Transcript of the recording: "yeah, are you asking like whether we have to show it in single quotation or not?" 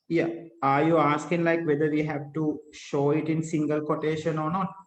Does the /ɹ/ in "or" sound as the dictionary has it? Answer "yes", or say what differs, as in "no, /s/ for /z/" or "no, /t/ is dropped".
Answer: yes